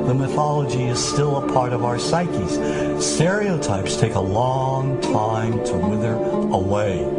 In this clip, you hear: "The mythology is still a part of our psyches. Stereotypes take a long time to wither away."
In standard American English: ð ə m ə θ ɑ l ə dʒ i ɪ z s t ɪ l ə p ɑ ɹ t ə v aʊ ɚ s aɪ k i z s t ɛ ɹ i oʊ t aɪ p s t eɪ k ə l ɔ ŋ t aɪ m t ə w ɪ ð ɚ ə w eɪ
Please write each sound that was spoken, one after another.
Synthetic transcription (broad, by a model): ð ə m ə θ ɑ l ə dʒ i ɪ z s t ɪ l ə p ɑ ɹ t ə v aʊ ɚ s aɪ k i z s t ɛ ɹ i oʊ t aɪ p s t eɪ k ə l ɔ ŋ t aɪ m t ə w ɪ ð ɚ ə w eɪ